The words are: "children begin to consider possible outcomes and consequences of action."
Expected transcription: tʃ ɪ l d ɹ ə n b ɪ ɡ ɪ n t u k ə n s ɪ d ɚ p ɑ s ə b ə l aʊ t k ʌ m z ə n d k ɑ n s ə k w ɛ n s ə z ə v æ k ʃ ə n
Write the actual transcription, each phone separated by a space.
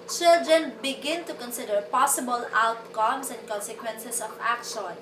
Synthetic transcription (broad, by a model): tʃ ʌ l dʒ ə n b ɪ ɡ ɪ n t u k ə n s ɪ d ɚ p ɑ s ə b ə l aʊ t k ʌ m s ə n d k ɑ n s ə k w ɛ n s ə s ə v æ k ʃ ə n